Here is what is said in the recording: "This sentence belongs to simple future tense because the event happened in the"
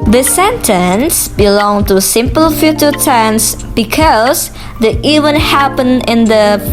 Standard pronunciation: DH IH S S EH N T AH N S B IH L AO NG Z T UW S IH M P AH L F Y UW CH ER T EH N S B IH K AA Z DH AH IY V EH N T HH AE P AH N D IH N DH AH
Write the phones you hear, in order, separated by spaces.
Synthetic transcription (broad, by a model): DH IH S S EH N T AH N S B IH L AO NG T UW S IH M P AH L F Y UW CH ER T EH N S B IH K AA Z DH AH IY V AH N HH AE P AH N IH N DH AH